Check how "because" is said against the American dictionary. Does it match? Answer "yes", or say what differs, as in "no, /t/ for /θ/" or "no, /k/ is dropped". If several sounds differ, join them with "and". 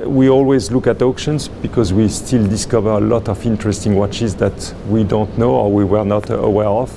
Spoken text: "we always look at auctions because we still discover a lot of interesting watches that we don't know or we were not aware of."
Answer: yes